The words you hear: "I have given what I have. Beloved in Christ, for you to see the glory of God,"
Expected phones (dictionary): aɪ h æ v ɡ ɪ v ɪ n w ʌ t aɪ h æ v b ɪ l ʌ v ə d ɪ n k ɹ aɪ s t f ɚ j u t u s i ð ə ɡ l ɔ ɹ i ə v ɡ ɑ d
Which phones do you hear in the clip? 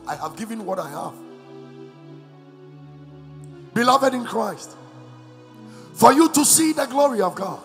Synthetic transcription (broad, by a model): aɪ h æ v ɡ ɪ v ɪ n w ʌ t aɪ h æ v b ɪ l ʌ v ə d ɪ n k ɹ aɪ s t f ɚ j u t u s i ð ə ɡ l ɔ ɹ i ə v ɡ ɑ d